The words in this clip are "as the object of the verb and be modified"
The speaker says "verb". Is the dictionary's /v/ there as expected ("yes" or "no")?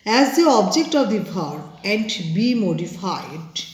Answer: no